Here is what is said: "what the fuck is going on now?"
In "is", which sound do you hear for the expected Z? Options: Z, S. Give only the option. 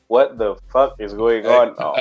Z